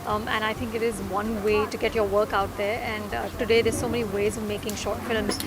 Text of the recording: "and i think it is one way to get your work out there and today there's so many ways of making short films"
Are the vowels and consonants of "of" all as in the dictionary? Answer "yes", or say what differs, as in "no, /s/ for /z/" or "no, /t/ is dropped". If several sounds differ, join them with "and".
yes